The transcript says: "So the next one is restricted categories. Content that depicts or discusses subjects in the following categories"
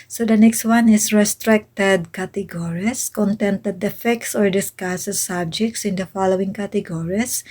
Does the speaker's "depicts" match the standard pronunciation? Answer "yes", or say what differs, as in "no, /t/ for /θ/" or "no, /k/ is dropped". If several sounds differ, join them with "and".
no, /f/ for /p/